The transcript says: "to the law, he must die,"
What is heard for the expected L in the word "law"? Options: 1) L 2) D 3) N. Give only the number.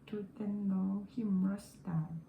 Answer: 3